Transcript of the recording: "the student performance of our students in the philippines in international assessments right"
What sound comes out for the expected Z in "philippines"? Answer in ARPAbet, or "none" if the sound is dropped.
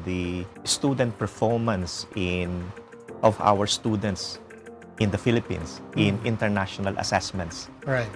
S